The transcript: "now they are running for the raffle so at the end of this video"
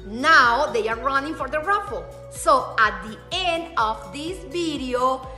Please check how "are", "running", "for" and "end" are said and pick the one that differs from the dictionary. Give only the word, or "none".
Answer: none